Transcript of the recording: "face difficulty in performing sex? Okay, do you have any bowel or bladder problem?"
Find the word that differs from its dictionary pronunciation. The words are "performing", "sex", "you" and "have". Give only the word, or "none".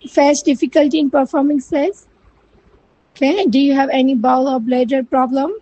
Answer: sex